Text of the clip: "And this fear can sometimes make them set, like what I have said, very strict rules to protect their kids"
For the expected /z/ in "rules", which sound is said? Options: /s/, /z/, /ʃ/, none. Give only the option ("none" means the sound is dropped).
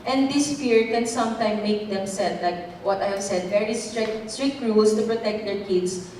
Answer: /s/